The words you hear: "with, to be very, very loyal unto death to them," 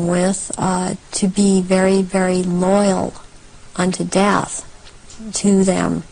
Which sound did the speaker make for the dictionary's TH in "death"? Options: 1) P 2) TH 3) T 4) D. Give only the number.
2